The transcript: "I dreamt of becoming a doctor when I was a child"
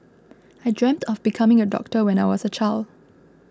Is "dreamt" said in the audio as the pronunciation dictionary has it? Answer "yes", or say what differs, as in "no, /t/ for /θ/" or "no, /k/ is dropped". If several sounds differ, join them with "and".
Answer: yes